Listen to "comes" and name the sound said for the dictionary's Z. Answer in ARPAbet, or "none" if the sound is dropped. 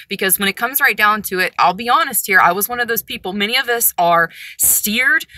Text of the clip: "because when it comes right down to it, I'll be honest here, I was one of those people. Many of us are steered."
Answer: Z